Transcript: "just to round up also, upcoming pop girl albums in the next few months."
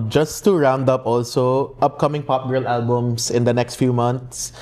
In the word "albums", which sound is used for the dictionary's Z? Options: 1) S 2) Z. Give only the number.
1